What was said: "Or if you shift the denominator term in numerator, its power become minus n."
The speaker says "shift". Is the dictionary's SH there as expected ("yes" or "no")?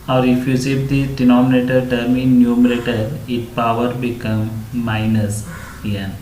no